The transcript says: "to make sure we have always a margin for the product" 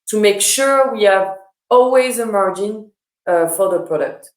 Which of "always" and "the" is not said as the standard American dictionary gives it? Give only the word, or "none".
none